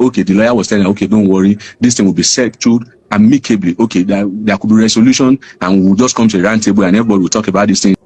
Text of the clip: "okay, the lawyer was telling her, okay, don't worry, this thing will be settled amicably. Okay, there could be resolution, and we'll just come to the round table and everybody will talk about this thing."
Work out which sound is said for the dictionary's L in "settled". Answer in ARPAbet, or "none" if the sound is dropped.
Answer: none